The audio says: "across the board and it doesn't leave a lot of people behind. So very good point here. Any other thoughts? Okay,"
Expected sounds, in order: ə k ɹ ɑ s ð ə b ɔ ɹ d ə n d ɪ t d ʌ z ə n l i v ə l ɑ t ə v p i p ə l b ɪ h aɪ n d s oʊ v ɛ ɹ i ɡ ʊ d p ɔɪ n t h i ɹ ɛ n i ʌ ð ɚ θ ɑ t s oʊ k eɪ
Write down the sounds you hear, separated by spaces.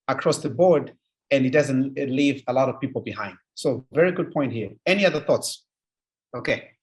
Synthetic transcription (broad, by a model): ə k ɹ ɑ s ð ə b ɔ ɹ d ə n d ɪ t d ʌ z ə n l i v ə l ɑ t ə v p i p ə l b ɪ h aɪ n d s oʊ v ɛ ɹ i ɡ ʊ d p ɔɪ n t h i ɹ ɛ n i ʌ ð ɚ θ ɑ t s oʊ k eɪ